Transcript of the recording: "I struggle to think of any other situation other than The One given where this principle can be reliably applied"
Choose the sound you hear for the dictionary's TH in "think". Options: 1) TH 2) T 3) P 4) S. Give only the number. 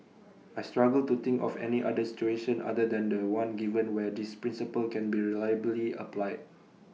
2